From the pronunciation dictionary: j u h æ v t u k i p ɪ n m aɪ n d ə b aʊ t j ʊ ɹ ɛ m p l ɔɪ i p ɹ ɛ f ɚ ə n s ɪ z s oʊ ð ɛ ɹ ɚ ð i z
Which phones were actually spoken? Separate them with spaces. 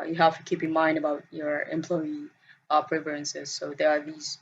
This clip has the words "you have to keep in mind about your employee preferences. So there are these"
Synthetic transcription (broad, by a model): j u h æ f t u k i p ɪ n m aɪ n d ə b aʊ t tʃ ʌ ɹ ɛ m p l ɔɪ i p ɹ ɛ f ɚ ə n s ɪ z s oʊ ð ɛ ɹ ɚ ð i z